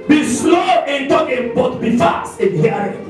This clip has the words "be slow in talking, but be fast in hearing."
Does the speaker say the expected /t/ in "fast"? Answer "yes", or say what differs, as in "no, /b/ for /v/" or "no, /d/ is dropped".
no, /t/ is dropped